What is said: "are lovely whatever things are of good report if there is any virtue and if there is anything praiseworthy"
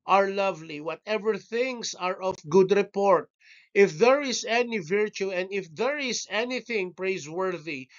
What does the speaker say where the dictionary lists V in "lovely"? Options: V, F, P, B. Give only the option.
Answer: V